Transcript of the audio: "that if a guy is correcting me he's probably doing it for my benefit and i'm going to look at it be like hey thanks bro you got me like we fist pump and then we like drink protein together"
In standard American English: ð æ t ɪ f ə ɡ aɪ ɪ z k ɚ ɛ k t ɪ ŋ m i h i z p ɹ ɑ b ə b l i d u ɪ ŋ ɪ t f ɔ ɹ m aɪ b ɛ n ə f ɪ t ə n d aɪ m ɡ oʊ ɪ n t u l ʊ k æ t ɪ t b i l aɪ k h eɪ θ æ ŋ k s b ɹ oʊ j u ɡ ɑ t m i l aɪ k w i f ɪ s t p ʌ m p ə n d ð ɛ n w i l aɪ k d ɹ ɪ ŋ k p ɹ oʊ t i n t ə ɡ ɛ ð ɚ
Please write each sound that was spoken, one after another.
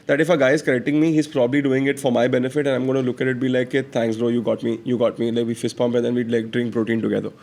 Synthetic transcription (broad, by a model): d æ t ɪ f ə ɡ aɪ ɪ z k ɚ ɛ k t ɪ ŋ m i h i z p ɹ ɑ b ə b l i d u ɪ ŋ ɪ t f ɔ ɹ m aɪ b ɛ n ə f ɪ t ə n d aɪ m ɡ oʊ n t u l ʊ k æ t ɪ t b i l aɪ k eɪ t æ ŋ k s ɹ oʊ j u ɡ ɑ t m i l aɪ k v i f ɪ s p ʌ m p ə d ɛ n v i l aɪ k d ɹ ɪ ŋ k p ɹ oʊ t i n t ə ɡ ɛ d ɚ